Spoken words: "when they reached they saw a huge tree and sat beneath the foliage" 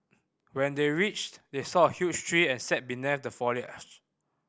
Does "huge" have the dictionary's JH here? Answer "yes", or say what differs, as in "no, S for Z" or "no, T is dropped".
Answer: no, CH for JH